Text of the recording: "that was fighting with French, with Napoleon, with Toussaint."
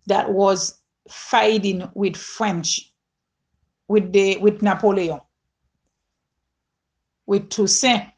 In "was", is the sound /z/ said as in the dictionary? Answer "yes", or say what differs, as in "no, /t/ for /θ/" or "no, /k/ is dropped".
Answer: yes